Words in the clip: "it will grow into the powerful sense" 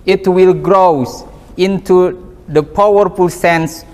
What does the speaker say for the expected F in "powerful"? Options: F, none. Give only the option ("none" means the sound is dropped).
F